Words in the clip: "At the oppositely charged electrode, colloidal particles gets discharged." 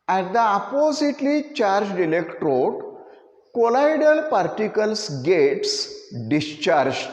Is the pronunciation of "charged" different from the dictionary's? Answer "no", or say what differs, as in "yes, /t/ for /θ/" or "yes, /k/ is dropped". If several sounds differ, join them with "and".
no